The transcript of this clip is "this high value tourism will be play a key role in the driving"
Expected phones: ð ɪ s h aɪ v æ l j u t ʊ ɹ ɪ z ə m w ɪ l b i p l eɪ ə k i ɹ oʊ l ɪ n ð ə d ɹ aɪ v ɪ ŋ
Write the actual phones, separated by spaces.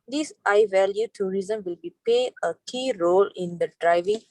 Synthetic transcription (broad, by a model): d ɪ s aɪ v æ l j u t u ɹ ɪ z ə m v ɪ l b i p eɪ ə k i ɹ oʊ l ɪ n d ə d ɹ aɪ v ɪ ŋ